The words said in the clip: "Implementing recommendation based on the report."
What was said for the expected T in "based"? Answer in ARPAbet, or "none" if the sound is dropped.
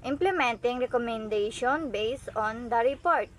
none